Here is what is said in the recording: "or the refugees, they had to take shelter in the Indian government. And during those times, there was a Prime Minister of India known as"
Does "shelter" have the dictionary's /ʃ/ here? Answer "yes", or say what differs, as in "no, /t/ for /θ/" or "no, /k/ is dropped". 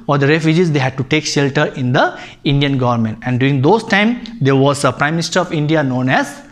yes